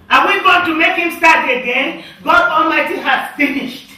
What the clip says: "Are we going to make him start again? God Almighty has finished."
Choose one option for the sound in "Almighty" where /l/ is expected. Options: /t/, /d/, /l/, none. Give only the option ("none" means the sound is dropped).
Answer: /l/